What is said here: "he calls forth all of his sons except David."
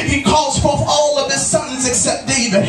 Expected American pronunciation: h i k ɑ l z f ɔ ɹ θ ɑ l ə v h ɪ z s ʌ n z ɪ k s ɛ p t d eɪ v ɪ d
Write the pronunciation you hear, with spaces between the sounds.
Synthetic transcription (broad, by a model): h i k ɑ l z f ɔ ɹ θ ɑ l ə v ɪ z s ʌ n z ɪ k s ɛ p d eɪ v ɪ